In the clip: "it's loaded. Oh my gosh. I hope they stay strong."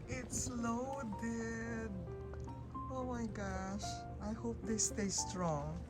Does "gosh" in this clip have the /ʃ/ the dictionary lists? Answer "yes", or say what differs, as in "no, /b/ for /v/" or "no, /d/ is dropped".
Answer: yes